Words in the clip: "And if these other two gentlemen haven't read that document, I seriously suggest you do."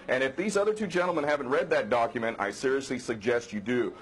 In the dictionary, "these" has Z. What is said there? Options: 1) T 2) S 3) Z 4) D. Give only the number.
3